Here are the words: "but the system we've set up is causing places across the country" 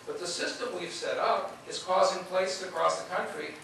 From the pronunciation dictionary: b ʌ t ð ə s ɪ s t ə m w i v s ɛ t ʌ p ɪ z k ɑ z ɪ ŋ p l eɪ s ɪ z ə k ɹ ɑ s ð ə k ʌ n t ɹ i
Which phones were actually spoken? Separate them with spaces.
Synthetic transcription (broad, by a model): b ʌ t ð ə s ɪ s t ə m w i v s ɛ t ʌ p ɪ z k ɑ z ɪ ŋ p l eɪ ɪ s ə k ɹ ɑ s ð ə k ʌ n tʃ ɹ i